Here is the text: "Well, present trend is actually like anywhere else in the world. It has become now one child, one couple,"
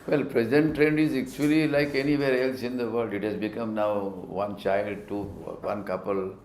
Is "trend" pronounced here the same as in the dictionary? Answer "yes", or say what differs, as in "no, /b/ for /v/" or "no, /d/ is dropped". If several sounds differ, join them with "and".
yes